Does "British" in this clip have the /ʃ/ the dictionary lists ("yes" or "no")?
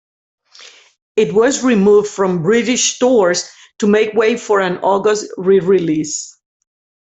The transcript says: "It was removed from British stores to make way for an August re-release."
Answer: yes